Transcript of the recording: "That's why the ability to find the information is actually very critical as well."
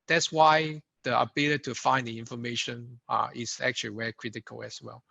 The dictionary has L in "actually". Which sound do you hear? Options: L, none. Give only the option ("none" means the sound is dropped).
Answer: none